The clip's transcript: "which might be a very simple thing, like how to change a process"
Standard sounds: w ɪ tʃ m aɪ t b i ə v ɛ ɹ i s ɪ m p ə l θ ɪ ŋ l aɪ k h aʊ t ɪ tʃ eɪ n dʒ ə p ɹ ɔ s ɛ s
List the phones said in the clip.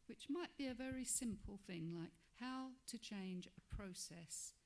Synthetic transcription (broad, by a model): w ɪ tʃ m aɪ t b i ə v ɛ ɹ i s ɪ m p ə l θ ɪ ŋ l aɪ k h aʊ t ɪ tʃ eɪ n dʒ ə p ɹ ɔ s ɛ s